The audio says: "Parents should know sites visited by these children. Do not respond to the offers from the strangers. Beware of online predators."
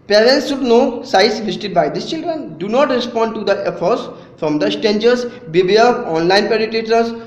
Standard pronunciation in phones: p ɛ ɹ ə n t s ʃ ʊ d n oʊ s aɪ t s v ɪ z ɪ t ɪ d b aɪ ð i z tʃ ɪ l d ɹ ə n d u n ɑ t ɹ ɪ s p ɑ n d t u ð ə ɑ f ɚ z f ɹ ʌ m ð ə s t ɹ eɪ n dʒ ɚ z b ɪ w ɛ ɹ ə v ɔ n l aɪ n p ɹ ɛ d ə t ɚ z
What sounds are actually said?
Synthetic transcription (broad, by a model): p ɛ ɹ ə n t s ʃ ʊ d n oʊ s aɪ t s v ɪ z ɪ t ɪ d b aɪ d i s tʃ ɪ l d ɹ ə n d u n ɑ t ɹ ɪ s p ɑ n d t u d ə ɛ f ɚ s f ɹ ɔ m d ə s t eɪ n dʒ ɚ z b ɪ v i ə ɔ n l aɪ n p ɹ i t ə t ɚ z